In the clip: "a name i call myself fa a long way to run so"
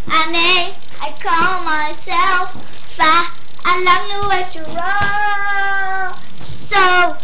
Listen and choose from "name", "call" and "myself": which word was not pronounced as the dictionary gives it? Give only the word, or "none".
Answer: name